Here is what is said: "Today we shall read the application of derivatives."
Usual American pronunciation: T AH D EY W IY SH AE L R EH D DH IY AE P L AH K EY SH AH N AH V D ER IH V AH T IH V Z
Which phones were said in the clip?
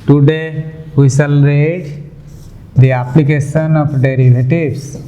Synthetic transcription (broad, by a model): T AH D EY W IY S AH L R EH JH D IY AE P L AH K EY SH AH N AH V D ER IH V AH T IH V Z